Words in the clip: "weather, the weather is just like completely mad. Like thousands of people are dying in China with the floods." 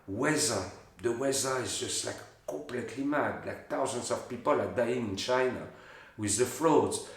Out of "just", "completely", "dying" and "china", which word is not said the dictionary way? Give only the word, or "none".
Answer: completely